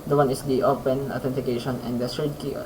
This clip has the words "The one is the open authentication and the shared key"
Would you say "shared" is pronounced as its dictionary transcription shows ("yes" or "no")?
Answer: no